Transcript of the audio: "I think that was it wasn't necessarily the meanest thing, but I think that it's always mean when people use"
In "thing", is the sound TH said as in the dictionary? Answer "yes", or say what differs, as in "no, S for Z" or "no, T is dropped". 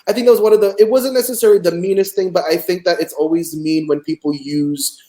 yes